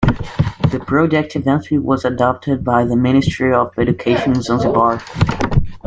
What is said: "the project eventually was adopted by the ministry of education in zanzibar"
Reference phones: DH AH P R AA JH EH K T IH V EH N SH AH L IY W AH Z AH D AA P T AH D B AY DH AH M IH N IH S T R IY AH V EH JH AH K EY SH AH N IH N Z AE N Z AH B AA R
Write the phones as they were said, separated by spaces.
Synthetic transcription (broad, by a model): DH AH P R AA JH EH K T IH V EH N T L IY W AH Z AH D AA P T AH D B AY DH AH M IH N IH S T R IY AH V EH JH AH K EY AH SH IH N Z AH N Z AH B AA R